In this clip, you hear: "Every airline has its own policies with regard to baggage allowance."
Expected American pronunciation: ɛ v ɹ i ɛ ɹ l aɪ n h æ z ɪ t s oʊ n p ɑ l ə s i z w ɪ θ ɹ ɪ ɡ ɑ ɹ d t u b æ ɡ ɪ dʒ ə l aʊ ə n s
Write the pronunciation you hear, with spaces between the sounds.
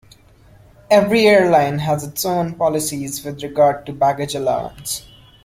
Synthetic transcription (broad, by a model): ɛ v ɹ i ɛ ɹ l aɪ n h æ z ɪ t s oʊ n p ɑ l ə s i z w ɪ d ɹ ɪ ɡ ɑ ɹ d t u b æ ɡ ɪ dʒ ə l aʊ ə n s